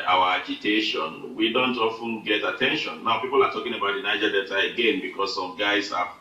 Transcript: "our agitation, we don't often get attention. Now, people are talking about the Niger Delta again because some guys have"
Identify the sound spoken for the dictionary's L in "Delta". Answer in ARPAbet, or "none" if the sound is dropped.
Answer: none